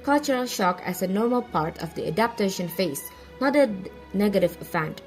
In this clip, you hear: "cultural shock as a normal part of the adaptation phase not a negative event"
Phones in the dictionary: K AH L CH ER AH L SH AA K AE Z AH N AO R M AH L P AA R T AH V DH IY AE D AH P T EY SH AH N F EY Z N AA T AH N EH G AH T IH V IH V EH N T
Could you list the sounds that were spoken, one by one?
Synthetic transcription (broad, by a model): K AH L CH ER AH L SH AA K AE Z AH N AO R M AH L P AA R T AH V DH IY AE D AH P T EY SH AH N F EY S N AA T AH N EH G AH T IH V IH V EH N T